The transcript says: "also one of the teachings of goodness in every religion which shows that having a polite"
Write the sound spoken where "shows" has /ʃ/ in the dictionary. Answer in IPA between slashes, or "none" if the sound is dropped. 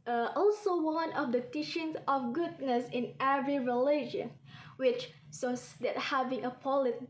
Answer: /s/